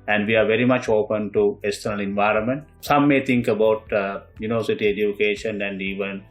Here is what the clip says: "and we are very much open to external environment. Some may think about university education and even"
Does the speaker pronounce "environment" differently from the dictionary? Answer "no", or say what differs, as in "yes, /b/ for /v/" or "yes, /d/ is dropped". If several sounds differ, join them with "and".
no